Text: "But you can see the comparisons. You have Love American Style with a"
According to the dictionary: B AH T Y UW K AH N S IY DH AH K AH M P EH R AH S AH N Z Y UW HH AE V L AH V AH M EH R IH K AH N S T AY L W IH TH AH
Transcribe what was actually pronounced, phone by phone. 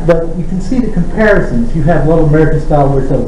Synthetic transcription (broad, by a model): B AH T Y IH K N S IY DH AH K AH M P EH R AH S AH N Z Y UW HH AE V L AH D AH M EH R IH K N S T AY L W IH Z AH